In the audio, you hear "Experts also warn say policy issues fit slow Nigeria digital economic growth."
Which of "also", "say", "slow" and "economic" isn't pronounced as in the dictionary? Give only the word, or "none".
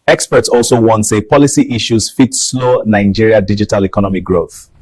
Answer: none